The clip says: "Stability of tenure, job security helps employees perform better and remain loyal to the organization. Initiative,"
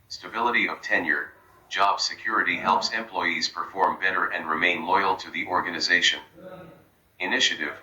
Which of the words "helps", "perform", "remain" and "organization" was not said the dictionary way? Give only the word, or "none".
none